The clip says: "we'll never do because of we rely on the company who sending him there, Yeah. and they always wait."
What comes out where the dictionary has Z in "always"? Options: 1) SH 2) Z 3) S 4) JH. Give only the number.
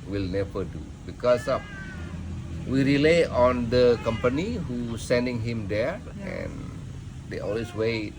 3